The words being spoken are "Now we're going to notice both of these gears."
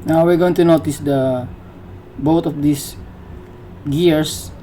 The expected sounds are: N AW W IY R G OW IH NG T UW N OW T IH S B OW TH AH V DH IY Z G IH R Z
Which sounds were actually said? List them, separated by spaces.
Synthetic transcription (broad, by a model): N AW W IY R G OW IH NG T UW N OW T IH S B OW T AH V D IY S G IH R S